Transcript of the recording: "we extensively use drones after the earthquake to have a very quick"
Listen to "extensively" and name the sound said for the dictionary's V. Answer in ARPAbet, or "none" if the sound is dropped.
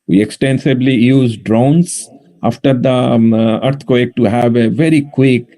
B